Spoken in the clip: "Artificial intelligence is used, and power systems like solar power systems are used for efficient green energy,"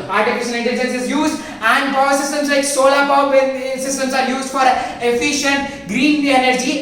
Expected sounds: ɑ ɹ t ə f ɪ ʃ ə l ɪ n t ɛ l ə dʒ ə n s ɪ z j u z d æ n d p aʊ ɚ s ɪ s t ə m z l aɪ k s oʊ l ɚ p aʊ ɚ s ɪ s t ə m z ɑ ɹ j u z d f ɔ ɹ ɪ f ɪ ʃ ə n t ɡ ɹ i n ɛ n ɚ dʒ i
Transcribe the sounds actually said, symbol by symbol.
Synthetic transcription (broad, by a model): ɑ ɹ t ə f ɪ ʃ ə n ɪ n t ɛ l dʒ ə n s ɪ z j u z d æ n d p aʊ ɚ s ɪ s t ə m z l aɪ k s oʊ l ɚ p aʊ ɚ s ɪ s t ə m s ɑ ɹ j u z d f ɔ ɹ ɪ f ɪ ʃ ə n t ɡ ɹ i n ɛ n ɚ dʒ i